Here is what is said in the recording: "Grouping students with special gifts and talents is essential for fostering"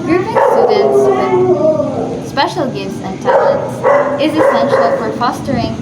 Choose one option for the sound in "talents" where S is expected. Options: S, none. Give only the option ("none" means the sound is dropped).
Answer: S